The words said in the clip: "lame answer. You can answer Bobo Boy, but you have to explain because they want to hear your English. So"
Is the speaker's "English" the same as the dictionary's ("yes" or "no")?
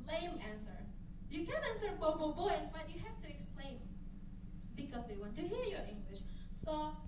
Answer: yes